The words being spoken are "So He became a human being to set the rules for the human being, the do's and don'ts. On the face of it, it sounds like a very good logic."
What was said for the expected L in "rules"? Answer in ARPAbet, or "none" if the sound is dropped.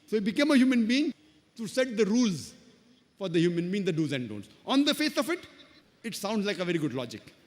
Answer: L